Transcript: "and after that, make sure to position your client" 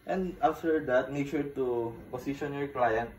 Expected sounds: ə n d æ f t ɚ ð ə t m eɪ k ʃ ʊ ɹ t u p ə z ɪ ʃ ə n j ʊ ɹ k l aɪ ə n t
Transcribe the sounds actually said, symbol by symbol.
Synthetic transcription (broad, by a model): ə n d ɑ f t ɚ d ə t m eɪ k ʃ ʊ ɹ t u p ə s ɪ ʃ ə n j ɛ ɹ k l aɪ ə n t